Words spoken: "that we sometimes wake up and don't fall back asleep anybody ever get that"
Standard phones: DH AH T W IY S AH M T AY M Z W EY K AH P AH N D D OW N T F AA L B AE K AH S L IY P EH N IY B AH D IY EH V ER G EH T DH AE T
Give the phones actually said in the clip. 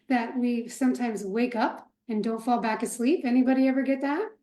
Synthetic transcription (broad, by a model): DH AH T W IY S AH M T AY M Z W EY K AH P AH N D D OW N T F AA L B AE K AH S L IY P EH N IY B AH D IY EH V ER G EH T DH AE T